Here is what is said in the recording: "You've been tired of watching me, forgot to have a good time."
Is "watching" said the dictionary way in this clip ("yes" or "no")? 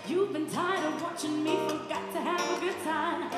yes